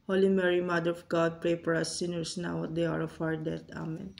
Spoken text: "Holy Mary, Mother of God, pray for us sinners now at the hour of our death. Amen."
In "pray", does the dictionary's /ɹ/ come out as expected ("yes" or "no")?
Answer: yes